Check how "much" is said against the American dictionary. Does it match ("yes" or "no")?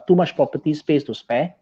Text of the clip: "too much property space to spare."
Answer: no